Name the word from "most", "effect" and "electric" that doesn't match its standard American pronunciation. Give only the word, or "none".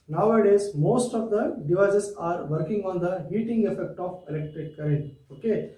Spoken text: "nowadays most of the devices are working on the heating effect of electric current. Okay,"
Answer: electric